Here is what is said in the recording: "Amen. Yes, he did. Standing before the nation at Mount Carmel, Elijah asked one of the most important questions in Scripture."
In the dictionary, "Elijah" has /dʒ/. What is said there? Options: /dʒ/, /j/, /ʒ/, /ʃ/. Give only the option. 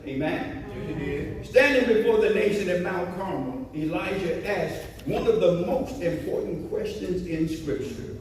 /ʒ/